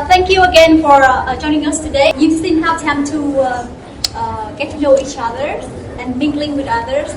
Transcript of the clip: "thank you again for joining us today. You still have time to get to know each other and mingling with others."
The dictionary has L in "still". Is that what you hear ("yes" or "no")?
no